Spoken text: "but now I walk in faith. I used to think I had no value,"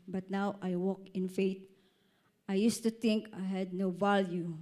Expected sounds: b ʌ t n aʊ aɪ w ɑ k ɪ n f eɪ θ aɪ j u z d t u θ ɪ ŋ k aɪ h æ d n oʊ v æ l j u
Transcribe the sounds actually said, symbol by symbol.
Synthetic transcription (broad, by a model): b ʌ t n aʊ aɪ w ɑ k ɪ n f eɪ t aɪ j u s t u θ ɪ ŋ k aɪ h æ d n oʊ v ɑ l j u